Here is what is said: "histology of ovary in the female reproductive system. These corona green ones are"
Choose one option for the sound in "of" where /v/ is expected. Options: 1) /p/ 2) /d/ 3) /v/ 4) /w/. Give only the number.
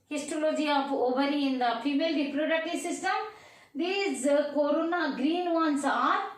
1